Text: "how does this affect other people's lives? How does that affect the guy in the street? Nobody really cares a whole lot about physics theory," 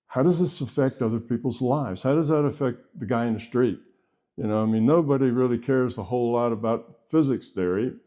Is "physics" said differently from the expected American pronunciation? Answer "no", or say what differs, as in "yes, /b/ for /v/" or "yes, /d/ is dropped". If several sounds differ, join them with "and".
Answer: no